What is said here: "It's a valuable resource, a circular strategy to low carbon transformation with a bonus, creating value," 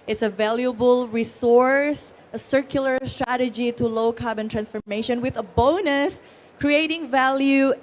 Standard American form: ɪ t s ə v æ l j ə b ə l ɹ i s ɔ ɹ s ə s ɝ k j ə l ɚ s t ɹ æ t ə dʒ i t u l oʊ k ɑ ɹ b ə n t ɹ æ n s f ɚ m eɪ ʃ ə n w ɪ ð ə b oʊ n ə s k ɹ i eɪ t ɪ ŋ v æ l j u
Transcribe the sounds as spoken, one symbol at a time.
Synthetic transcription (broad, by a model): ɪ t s ə v æ l j ə b ə l ɹ i s ɔ ɹ s ə s ɝ k j ə l ɚ s t ɹ æ t ə dʒ i t u l oʊ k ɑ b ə n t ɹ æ n s f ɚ m eɪ ʃ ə n w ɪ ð ə b oʊ n ə s k ɹ i eɪ t ɪ ŋ v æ l j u